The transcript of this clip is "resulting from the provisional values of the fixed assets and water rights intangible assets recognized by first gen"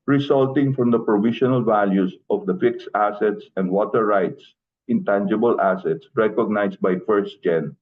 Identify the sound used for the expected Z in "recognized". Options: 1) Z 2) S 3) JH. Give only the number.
2